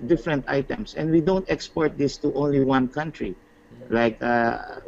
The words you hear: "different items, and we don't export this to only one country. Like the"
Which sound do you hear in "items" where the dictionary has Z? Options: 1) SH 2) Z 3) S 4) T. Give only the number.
3